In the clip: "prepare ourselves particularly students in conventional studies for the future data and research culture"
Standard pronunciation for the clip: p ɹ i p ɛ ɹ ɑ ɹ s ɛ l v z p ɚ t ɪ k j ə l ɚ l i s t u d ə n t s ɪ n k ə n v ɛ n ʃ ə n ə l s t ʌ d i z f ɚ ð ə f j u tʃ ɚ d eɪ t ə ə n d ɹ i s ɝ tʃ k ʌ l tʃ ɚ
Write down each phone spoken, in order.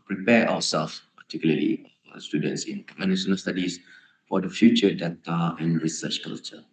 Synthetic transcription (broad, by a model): p ɹ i p ɛ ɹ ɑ w s ɛ l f p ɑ t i k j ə l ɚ l i s t u d ə n t s ɪ n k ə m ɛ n s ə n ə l s t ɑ d i s f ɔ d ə f j u tʃ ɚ d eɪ t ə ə n ɹ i s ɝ tʃ k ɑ l tʃ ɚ